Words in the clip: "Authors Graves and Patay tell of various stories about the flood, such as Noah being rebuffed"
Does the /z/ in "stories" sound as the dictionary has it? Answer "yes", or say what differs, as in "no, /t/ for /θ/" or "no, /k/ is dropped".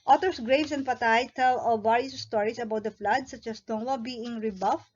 no, /s/ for /z/